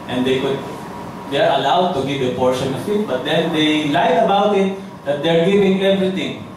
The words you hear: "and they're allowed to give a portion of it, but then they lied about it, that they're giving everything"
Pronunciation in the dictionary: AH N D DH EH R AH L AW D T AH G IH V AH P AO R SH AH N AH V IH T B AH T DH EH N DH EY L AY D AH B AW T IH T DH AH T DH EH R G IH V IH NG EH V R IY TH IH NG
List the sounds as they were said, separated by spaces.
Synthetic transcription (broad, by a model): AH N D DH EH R AH L AW D T AH G IH V AH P AO R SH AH N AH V IH T B AH T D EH N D EY L AY AH B AW T IH T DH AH T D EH R G IH V IH NG EH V R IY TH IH NG